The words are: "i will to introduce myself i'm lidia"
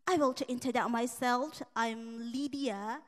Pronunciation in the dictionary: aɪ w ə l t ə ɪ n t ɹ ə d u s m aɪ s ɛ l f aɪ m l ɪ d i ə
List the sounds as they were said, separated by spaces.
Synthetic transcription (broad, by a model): aɪ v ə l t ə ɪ n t ə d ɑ m aɪ s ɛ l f aɪ m l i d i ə